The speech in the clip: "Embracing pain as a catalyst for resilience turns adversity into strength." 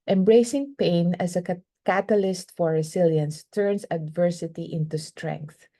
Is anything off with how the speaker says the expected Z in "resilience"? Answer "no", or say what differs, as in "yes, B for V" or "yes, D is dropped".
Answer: yes, S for Z